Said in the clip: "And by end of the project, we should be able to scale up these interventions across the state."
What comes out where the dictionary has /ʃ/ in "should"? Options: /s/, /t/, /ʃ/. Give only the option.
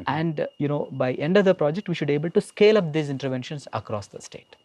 /ʃ/